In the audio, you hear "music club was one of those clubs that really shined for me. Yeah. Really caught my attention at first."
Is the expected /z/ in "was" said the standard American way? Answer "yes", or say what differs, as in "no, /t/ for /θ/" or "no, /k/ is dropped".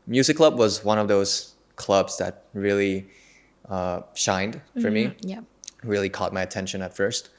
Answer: yes